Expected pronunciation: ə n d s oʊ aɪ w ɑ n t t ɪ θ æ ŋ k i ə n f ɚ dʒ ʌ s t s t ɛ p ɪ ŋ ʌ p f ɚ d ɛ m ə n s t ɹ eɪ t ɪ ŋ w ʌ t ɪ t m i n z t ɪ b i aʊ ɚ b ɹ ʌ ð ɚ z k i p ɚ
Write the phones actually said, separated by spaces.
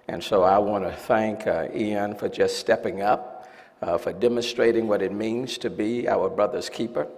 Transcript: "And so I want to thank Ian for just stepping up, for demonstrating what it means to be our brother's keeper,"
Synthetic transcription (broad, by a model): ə n s oʊ aɪ w ɑ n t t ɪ θ æ ŋ k i ə n f ɚ dʒ ʌ s t s t ɛ p ɪ ŋ ʌ p f ɚ d ɛ m ə n s t ɹ eɪ t ɪ ŋ w ʌ t ɪ t m i n z t ɪ b i aʊ ɚ b ɹ ʌ ð ɚ z k i p ɚ